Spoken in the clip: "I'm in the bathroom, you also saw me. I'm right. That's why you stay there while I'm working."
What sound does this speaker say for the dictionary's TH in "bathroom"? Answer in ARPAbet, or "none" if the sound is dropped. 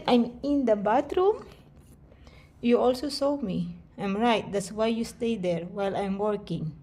T